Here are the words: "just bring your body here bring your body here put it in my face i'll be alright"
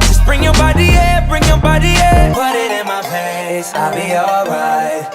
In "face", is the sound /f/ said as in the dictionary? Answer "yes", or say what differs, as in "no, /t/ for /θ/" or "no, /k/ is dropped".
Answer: no, /p/ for /f/